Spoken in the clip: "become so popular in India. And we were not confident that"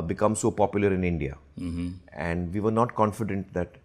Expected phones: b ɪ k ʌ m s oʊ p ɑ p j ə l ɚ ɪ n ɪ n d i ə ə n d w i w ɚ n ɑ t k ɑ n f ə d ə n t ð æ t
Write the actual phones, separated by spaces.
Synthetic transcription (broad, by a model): b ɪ k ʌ m s oʊ p ɑ p j ə l ɚ ɪ n ɪ n d i ə ə n d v i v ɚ n ɑ t k ɑ n f ə d ə n t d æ t